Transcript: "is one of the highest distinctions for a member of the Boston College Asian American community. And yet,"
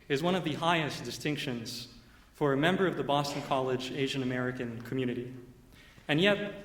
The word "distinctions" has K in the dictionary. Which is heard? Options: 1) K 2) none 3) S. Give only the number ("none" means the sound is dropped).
1